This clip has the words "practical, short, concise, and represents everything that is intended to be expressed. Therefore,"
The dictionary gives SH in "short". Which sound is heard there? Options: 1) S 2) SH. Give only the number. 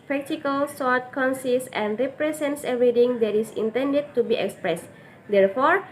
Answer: 1